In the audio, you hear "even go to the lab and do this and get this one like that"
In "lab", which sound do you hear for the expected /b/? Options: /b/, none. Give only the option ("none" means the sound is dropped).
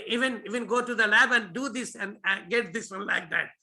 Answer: /b/